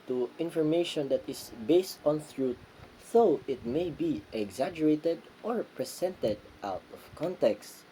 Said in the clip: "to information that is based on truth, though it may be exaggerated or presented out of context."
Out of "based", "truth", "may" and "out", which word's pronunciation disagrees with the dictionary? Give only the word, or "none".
truth